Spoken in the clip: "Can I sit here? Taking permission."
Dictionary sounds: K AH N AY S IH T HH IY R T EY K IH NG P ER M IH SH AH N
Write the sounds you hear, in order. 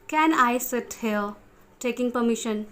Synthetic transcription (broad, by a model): K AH N AY S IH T HH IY L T EY K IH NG P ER M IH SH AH N